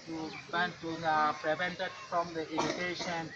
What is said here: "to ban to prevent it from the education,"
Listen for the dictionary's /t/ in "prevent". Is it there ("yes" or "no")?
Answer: yes